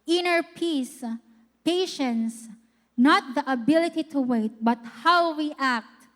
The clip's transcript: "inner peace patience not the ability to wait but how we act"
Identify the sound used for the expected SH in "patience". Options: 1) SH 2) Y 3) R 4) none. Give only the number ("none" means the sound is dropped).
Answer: 1